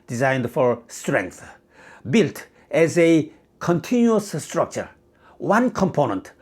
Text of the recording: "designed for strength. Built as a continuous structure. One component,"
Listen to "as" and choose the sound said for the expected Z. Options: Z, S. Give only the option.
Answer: Z